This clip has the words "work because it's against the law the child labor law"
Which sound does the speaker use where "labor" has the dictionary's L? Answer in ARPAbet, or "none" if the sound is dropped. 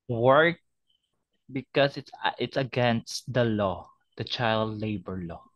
L